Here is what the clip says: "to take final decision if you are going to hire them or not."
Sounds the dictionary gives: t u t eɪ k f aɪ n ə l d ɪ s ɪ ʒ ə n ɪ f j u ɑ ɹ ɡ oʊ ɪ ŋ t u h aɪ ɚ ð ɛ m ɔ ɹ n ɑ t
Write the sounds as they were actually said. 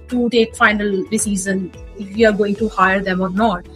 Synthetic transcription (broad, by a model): t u t eɪ k f aɪ n ə l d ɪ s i z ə n ɪ f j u ɑ ɹ ɡ oʊ ɪ ŋ t u h aɪ ɚ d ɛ m ɔ ɹ n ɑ t